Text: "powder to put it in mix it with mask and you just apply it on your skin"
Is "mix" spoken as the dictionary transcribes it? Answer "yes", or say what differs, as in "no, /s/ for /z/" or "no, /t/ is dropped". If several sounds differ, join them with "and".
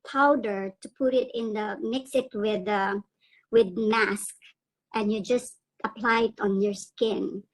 yes